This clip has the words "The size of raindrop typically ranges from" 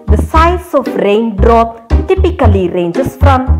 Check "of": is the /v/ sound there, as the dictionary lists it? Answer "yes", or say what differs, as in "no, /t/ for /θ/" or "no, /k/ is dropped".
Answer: no, /f/ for /v/